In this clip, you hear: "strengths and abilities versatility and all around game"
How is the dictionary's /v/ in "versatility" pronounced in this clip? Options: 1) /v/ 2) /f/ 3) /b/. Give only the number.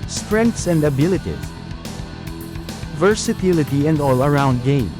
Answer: 1